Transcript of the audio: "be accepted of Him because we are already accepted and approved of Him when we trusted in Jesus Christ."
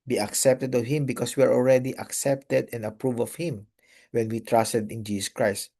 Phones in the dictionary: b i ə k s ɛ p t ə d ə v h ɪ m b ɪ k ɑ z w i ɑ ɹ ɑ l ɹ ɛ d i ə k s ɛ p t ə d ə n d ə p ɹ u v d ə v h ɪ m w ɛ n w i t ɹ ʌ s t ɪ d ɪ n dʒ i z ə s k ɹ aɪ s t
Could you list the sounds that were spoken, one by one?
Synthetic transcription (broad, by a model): b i ə k s ɛ p t ə d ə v h ɪ m b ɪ k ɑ s w i ɑ ɹ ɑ l ɹ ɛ d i ə k s ɛ p t ə d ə n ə p ɹ u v ə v h ɪ m w ɛ n w i t ɹ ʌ s t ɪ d ɪ n dʒ i s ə s k ɹ aɪ s t